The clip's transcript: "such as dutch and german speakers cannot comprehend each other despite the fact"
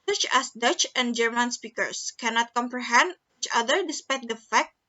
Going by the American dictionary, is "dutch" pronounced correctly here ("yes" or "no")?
yes